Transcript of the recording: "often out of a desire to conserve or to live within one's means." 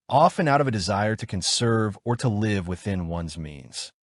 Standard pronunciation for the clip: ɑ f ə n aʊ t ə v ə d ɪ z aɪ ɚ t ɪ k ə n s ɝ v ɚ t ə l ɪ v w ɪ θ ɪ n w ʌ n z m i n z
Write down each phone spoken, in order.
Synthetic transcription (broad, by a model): ɑ f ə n aʊ t ə v ə d ɪ z aɪ ɚ t ɪ k ə n s ɝ v ɚ t ə l ɪ v w ɪ θ ɪ n w ʌ n z m i n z